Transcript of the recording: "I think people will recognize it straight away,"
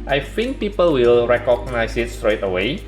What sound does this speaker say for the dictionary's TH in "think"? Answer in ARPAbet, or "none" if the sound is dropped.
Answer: F